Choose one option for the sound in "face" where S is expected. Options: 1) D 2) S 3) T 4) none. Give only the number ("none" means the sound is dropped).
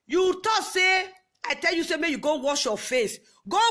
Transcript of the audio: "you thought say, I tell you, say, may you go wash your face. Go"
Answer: 2